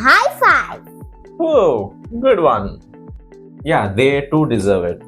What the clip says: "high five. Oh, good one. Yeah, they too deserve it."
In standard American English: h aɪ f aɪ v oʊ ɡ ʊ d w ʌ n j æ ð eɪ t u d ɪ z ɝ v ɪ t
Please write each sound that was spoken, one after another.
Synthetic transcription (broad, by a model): h aɪ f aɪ oʊ ɡ ʊ d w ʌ n j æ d eɪ t u d ɪ z ɝ v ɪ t